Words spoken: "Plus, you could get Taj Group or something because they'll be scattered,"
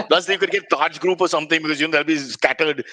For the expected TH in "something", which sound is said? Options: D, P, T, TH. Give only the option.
T